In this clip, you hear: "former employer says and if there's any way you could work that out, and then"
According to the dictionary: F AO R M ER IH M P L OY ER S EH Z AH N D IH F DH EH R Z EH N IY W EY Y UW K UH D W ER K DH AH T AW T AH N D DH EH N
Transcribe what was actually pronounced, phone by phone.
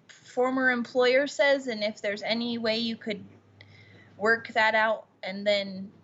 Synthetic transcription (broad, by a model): F AO R M ER IH M P L OY ER S EH Z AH N IH F DH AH R Z EH N IY W EY Y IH K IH D W ER K DH AH T AW T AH N DH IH N